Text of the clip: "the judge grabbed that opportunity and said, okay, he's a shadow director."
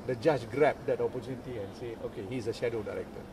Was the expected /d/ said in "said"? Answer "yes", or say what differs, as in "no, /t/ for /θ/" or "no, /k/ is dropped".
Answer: no, /d/ is dropped